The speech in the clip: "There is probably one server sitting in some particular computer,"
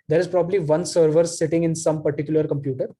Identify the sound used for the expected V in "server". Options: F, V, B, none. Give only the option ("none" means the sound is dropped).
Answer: V